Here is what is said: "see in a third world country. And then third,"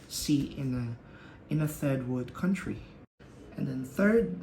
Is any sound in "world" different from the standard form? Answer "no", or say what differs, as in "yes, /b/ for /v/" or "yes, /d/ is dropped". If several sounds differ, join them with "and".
yes, /l/ is dropped